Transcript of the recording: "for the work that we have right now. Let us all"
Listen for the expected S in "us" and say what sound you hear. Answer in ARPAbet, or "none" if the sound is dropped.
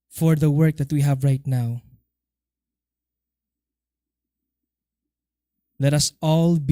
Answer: S